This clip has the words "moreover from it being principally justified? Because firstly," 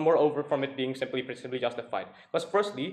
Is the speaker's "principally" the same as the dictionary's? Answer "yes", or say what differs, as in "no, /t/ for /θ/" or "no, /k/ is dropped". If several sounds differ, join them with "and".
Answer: no, /n/ is dropped and /b/ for /p/